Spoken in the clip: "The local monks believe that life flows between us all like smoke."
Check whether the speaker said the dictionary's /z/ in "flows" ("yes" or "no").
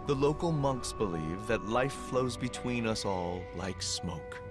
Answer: yes